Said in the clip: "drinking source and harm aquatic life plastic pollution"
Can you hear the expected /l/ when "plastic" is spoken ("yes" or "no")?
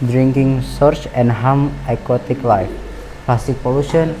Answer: no